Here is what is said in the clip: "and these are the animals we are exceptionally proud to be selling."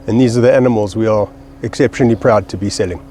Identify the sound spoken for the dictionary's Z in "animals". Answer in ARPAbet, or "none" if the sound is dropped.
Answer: Z